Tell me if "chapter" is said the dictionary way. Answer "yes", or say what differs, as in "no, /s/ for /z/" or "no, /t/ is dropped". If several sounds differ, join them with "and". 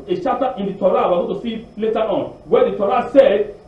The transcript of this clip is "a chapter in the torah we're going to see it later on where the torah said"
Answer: no, /ʃ/ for /tʃ/